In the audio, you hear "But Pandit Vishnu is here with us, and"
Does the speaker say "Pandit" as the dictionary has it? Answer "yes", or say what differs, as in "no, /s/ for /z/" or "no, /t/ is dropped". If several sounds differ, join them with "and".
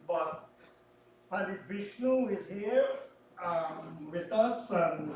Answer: no, /n/ is dropped